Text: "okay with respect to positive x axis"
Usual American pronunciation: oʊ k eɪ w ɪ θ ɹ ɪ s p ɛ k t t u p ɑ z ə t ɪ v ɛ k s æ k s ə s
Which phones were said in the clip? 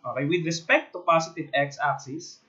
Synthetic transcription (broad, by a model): oʊ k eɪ w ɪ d ɹ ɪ s p ɛ k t t u p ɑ s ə t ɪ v ɛ k s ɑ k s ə s